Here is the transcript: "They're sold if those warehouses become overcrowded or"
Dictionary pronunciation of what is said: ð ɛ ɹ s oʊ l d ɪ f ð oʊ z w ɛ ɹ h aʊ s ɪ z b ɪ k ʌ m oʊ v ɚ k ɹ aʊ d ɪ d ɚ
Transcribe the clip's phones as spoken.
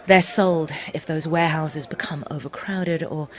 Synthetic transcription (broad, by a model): ð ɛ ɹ s oʊ l d ɪ f ð oʊ z w ɛ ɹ h aʊ s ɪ z b ɪ k ʌ m oʊ v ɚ k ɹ aʊ d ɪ d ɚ